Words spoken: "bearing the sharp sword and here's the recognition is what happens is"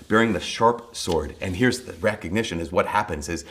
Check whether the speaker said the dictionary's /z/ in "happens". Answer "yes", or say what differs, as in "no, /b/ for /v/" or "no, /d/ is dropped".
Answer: yes